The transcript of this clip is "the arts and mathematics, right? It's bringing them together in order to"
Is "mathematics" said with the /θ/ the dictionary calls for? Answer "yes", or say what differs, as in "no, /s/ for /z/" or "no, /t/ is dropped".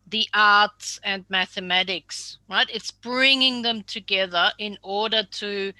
yes